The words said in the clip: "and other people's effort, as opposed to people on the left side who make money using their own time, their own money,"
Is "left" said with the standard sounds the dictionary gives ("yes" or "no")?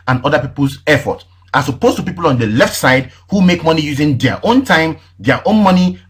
yes